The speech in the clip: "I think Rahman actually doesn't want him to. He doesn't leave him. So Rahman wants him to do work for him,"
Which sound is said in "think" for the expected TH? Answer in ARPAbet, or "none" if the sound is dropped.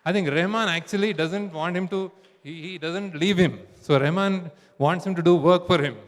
T